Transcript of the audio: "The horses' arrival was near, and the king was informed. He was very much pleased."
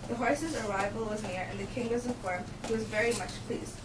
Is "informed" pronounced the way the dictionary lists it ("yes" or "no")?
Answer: no